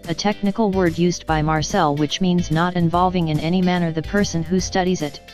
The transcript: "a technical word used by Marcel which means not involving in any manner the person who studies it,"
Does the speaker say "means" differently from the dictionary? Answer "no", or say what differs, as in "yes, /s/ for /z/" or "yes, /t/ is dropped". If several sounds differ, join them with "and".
no